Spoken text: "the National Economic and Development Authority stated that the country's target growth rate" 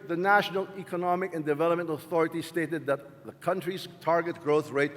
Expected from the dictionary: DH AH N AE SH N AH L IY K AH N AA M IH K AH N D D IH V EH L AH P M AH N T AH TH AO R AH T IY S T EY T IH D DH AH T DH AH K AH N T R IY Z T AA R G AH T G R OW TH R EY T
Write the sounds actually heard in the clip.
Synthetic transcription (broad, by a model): DH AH N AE SH N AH L IY K AH N AA M IH K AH N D D IH V EH L AH P M AH N T AH TH AO R AH T IY S T EY T IH D DH AH T DH AH K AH N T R IY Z T AA R G AH T G R OW TH R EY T